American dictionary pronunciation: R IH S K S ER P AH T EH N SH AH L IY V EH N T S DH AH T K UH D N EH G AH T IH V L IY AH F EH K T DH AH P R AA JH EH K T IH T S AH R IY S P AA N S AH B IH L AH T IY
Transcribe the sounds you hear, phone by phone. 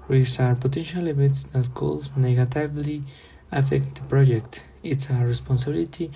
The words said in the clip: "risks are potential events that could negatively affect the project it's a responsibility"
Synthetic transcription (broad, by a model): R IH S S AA P AH T EH N SH AH L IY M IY T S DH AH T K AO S N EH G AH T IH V L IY AH F EH K T P R AA JH EH K T IH T S AH R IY S P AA N S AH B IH L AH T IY